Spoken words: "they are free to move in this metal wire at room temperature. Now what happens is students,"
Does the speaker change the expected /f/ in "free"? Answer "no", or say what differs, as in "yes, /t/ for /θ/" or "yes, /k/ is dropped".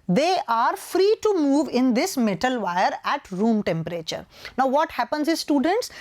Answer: no